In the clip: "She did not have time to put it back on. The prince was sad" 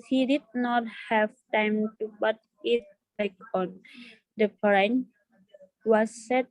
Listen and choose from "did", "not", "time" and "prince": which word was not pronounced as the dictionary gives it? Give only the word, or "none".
prince